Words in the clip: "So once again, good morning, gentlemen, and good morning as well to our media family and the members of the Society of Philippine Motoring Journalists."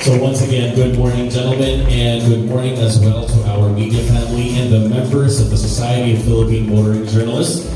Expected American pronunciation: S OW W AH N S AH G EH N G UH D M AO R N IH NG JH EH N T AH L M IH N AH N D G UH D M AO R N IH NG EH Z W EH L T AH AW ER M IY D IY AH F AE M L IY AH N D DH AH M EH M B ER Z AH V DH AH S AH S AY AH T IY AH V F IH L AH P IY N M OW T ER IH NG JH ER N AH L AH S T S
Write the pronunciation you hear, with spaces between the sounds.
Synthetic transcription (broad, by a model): S OW W AH N S AH G EH N G UH D M AO R N IH NG JH EH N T L M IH N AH N G UH D M AO R N IH NG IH Z W EH L T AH AW ER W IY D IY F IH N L IY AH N DH AH M EH M B ER Z AH V DH AH S AH S AY AH T IY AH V F IH L AH P IY N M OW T ER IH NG JH ER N L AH S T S